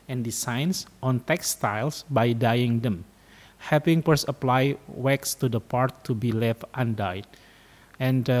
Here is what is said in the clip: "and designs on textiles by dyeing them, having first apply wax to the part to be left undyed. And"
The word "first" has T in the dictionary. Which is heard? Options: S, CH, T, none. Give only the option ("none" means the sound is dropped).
none